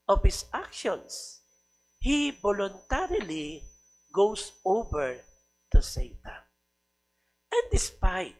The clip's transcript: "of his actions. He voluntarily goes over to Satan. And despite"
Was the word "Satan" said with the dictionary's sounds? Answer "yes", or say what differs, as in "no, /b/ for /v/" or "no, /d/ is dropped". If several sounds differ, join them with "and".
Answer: no, /n/ is dropped